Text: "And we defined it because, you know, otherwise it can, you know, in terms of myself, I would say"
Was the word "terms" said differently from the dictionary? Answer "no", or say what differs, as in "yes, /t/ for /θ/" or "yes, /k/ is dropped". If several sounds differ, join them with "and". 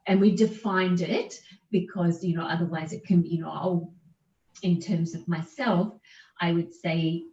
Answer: no